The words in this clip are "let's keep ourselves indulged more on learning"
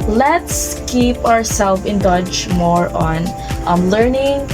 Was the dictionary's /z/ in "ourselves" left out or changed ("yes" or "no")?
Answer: yes